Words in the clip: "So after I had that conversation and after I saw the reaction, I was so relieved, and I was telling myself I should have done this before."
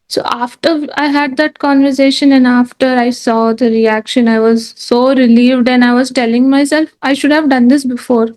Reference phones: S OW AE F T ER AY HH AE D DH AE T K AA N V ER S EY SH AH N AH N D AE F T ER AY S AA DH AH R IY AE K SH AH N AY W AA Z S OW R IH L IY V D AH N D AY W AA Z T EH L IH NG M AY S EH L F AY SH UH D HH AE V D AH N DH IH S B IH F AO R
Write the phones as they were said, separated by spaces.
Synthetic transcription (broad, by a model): S OW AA F T ER AY HH AE D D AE T K AA N V ER S EY SH AH N AH N D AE F T ER AY S AA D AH R IY AE K SH AH N AY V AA Z S OW R IH L IY V D AH N D AY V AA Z T EH L IH NG M AY S EH L F AY SH UH D HH AE V D AH N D IH S B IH F AO R